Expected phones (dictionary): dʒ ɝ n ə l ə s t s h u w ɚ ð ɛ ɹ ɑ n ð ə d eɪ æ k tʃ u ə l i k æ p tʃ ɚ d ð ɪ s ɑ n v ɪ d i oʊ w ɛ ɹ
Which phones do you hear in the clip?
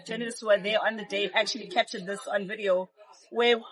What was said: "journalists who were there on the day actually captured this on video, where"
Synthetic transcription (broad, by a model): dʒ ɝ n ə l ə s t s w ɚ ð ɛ ɑ n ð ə d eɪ æ k tʃ u ə l i k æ p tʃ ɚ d ð ɪ s ɑ n v ɪ d i oʊ w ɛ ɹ